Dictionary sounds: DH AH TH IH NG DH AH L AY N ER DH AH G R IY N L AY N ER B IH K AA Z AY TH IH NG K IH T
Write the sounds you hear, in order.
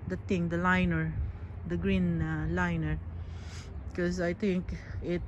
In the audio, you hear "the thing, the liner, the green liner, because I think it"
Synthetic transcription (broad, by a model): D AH T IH NG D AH L AY N ER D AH G R IY N L AY N ER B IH K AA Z AY T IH NG K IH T